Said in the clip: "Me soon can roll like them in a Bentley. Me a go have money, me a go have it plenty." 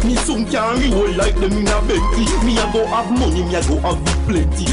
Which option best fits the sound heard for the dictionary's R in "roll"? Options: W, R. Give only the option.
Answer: W